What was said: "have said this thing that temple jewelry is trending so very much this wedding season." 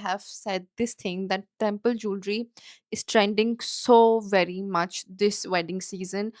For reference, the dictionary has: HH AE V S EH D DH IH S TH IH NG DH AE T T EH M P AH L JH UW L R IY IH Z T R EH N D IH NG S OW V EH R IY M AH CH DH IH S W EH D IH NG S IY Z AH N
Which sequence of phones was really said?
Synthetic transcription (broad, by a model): HH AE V S EH D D IH S T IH NG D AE T T EH M P AH L JH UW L R IY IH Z T R EH N D IH NG S OW V EH R IY M AH CH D IH S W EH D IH NG S IY Z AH N